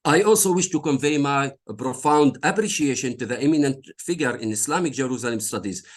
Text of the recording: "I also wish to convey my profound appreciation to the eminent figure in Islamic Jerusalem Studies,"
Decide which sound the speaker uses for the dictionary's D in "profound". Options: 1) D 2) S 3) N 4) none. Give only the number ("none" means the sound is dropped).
1